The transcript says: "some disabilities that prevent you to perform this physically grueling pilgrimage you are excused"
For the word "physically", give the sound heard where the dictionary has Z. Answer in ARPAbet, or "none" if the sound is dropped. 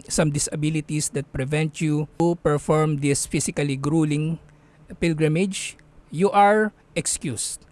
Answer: S